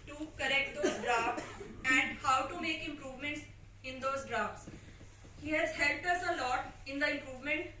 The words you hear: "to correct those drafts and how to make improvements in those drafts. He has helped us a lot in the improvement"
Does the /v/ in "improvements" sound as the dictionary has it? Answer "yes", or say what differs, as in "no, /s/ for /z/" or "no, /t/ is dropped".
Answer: yes